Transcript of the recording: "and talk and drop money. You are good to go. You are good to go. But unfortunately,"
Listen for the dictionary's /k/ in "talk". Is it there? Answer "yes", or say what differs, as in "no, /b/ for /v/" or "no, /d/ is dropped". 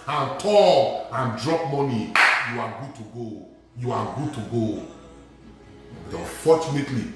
no, /k/ is dropped